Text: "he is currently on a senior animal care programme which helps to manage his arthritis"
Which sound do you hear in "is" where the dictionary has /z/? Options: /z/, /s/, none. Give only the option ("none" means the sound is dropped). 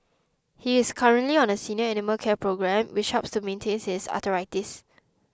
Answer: /s/